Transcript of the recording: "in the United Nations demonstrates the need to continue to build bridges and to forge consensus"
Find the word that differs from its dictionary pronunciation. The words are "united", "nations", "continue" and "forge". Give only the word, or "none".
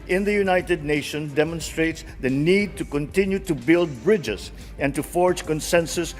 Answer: nations